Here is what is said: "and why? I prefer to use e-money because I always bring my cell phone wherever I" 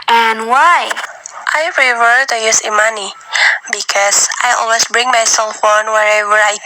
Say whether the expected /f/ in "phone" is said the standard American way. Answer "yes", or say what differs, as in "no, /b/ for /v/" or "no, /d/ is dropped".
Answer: yes